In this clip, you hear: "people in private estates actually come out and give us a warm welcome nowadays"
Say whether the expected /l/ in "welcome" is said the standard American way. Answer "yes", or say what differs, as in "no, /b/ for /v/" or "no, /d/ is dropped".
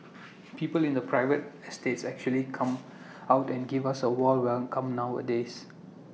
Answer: no, /l/ is dropped